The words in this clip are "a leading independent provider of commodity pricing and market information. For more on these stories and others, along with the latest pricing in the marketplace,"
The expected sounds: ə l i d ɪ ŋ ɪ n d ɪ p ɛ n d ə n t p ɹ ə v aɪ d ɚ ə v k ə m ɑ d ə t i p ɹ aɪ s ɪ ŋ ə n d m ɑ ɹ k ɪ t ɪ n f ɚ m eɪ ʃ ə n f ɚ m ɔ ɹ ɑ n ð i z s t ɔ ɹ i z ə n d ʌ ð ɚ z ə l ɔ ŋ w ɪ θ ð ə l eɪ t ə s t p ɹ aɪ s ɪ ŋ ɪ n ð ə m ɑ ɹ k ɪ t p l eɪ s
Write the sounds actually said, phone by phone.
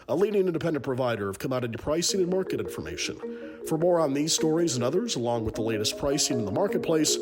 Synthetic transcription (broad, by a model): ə l i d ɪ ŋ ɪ n d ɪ p ɛ n d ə n p ɹ ə v aɪ d ɚ ə v k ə m ɑ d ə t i p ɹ aɪ s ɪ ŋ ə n m ɑ ɹ k ɪ t ɪ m f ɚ m eɪ ʃ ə n f ɚ m ɔ ɹ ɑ n ð i z s t ɔ ɹ i z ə n ʌ ð ɚ z ə l ɔ ŋ w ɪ ð ə l eɪ t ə s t p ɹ aɪ s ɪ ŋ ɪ n ð ə m ɑ ɹ k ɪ t p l eɪ s